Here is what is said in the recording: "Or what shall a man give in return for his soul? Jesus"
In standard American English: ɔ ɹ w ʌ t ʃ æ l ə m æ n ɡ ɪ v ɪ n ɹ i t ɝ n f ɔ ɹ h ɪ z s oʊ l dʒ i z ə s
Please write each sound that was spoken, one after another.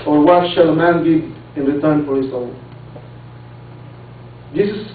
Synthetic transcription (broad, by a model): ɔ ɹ w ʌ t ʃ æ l ə m æ n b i ɪ n ɹ i t ɝ n f ɔ ɹ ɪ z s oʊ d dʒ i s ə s